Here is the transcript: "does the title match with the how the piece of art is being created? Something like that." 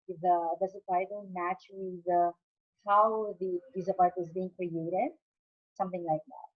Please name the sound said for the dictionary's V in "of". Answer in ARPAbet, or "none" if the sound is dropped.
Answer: P